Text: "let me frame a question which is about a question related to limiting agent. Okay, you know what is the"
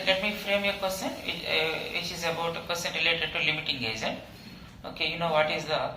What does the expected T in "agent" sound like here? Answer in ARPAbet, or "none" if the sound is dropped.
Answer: none